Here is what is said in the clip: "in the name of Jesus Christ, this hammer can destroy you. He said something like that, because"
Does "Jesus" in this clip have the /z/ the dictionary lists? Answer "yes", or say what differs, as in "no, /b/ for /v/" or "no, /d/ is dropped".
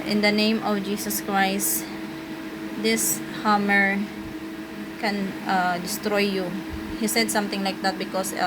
no, /s/ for /z/